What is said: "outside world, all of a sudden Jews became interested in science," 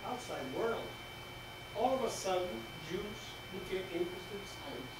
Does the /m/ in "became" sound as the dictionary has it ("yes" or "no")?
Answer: no